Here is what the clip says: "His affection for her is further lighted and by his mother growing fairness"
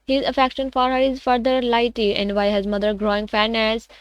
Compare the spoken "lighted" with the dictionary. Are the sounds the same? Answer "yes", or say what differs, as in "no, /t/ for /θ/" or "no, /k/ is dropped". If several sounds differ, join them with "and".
no, /d/ is dropped